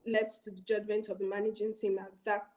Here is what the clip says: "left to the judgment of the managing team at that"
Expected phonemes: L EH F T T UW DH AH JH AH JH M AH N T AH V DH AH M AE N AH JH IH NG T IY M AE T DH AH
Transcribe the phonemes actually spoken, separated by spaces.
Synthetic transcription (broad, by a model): L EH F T T UW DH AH JH AH JH M AH N T AH V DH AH M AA N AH JH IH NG T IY M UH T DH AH